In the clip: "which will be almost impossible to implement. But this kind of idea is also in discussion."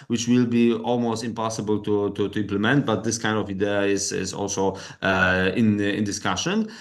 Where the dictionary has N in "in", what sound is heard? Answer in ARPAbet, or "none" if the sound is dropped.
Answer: N